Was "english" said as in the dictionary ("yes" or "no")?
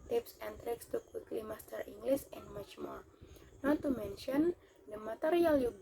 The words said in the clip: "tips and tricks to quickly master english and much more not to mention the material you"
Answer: no